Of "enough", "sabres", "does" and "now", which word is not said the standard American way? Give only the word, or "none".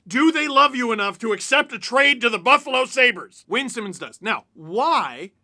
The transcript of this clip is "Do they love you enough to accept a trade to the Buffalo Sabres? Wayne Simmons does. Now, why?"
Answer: does